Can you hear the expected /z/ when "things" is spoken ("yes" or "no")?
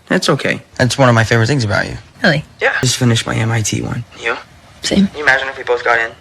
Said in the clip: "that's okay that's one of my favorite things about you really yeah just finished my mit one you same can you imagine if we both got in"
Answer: yes